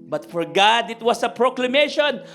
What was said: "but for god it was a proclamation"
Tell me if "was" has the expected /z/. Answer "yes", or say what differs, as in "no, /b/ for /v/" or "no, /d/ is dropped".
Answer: no, /s/ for /z/